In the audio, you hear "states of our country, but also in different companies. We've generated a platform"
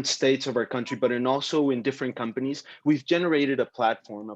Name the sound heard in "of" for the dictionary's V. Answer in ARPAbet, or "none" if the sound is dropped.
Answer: V